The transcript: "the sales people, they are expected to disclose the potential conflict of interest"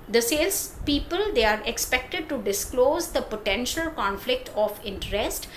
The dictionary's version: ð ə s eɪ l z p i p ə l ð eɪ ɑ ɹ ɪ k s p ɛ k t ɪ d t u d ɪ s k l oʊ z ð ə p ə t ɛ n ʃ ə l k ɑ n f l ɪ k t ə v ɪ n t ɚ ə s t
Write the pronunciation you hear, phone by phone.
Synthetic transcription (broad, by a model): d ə s eɪ l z p i p ə l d eɪ ɑ ɹ ɪ k s p ɛ k t ɪ d t u d ɪ s k l oʊ z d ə p ə t ɛ n ʃ ə l k ɑ n f l ɪ k t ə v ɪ n t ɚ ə s t